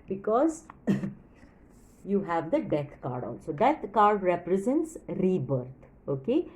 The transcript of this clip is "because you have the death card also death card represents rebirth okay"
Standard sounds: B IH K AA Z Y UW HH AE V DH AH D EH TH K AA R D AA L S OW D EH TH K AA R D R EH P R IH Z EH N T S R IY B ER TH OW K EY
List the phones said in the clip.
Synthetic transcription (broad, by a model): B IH K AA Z Y UW HH AE V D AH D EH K K AA R D AA L S OW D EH T K AA R D R EH P R IH Z EH N T S R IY B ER T OW K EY